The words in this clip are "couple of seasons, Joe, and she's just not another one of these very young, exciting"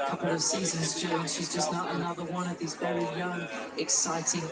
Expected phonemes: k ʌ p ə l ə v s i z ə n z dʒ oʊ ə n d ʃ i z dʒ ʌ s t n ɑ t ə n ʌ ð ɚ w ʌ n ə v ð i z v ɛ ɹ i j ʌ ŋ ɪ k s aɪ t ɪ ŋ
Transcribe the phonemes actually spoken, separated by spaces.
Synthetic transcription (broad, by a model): k ʌ p l ə v s i z ə n z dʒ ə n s ʃ i z dʒ ʌ s n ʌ t ə n ʌ ð ɚ w ʌ n ə v ð i z v ɛ ɹ i j ʌ ŋ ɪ k s aɪ t ɪ ŋ